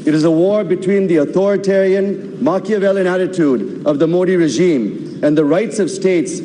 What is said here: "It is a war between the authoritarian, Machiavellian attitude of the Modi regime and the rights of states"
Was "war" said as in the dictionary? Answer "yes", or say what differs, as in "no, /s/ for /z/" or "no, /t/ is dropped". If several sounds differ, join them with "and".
yes